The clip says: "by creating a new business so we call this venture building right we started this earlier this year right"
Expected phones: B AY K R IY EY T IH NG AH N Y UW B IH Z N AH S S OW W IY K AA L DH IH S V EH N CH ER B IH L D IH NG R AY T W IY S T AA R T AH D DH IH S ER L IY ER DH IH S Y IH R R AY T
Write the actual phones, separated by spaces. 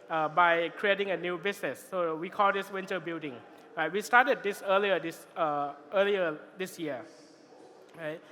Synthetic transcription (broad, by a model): B AY K R IY EY T IH NG AH N Y UW B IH S N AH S S OW W IY K AA L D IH S W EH N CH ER B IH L D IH NG R AY T W IY S T AA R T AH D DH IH S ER L IY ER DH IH S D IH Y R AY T